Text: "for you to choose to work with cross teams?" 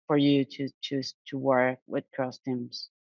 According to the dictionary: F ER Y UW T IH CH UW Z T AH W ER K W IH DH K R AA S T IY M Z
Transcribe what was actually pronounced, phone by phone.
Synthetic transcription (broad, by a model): F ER Y UW T IH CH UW T AH W ER K W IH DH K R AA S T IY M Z